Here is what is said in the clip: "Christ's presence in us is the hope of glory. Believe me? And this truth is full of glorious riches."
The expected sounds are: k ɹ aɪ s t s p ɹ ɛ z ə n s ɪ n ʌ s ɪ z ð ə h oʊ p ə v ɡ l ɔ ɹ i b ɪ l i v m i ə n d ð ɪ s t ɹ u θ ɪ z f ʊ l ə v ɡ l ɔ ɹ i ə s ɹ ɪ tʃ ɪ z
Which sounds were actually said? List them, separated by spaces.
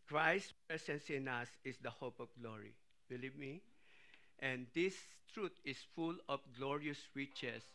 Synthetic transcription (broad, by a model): k ɹ aɪ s s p ɹ ɛ s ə n s ɪ n ʌ s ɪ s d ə h oʊ p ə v ɡ l ɔ ɹ i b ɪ l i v m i ə n d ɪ s t ɹ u t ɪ s f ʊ l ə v ɡ l ɔ ɹ i ə s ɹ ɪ tʃ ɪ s